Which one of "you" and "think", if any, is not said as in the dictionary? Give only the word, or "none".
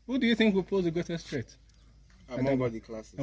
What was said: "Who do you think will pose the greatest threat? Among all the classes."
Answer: none